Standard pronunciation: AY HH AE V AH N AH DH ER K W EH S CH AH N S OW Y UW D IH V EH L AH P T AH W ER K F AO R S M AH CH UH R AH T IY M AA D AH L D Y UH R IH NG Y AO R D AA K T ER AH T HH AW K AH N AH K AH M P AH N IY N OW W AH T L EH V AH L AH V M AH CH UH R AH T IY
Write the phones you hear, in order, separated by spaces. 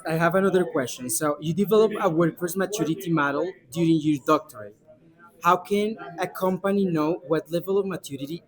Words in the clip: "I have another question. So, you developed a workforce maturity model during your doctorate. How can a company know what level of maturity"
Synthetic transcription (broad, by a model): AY HH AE V AH N AH DH ER K W EH S CH AH N S OW Y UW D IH V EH L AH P AH W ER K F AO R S M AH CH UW R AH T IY M AA D AH L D Y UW R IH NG Y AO R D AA K T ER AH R HH AW K AH N AH K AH M P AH N IY N OW W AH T L EH V AH L AH V M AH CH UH R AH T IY